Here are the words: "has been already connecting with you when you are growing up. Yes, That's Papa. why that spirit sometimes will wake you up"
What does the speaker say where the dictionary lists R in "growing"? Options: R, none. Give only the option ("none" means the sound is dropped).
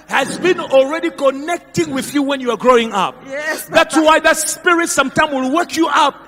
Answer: R